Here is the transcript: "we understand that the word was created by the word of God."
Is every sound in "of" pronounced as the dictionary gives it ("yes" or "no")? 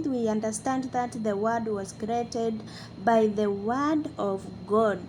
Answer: yes